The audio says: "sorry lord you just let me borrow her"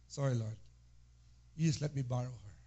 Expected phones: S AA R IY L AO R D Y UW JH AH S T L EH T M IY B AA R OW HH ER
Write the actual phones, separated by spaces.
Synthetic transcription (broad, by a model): S AA R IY L AO R D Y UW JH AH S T L EH T M IY B AA R OW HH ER